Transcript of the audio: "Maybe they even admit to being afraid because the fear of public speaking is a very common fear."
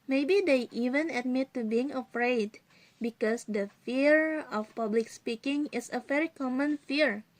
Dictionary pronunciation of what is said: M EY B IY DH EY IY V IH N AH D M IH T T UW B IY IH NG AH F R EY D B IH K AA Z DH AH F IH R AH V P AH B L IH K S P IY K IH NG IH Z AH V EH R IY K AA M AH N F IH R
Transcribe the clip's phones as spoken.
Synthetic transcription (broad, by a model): M EY B IY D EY IY V IH N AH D M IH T T UW B IY IH NG AH F R EY D B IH K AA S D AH F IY R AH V P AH B L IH K S P IY K IH NG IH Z AH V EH R IY K AA M AH N F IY R